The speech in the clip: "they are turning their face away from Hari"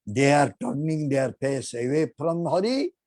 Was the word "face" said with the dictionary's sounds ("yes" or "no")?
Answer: no